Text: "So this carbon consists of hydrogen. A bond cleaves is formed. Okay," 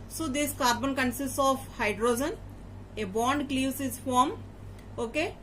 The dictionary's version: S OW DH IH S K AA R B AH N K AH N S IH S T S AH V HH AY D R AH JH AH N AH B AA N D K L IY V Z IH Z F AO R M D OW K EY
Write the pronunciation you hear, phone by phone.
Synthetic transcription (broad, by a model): S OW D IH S K AA R B AH N K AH N S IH S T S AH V HH AY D R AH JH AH N AH B AA N D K L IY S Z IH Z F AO R M OW K EY